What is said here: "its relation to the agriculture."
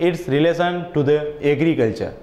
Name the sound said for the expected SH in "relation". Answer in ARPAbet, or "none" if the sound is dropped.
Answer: S